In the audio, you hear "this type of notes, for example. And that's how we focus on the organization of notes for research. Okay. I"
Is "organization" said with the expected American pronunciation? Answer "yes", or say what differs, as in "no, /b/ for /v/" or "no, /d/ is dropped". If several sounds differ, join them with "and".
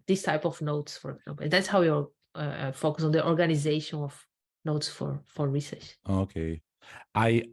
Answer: yes